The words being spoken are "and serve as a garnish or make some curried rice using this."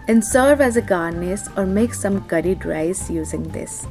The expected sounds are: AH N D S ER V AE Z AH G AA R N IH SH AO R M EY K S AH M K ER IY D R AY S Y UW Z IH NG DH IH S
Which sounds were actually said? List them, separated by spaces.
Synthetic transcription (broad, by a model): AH N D S ER V AE Z AH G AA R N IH S AO R M EY K S AH M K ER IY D R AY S Y UW Z IH NG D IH S